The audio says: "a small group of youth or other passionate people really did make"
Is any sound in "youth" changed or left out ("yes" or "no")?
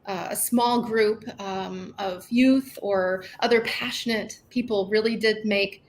no